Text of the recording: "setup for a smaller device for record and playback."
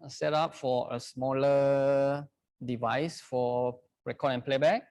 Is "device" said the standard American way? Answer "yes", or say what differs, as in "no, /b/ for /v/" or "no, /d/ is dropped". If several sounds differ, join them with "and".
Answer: yes